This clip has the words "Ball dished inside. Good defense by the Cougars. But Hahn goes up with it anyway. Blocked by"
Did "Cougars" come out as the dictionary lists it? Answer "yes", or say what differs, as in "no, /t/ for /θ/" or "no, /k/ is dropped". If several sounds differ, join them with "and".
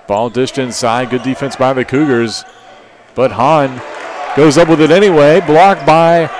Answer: yes